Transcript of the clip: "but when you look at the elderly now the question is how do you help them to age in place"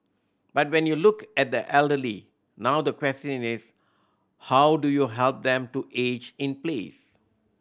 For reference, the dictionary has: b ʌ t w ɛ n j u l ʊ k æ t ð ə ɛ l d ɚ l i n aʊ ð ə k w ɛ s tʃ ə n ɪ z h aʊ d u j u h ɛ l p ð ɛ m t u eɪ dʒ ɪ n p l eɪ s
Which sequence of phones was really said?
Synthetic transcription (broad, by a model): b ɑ t w ɛ n j u l ʊ k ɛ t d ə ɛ l d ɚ l i n aʊ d ə k w ɛ s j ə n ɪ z h aʊ d u j u h ɛ l p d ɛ m t u eɪ dʒ ɪ n p l eɪ s